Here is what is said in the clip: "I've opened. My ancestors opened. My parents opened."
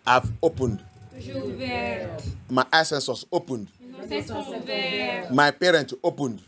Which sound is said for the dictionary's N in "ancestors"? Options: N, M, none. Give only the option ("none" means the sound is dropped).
none